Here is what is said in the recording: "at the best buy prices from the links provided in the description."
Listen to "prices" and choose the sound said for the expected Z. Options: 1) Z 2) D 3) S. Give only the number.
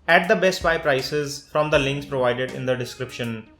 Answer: 1